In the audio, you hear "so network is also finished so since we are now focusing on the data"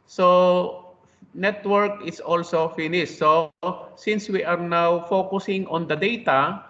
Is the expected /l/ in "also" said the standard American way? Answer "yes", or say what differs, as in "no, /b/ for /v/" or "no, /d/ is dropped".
yes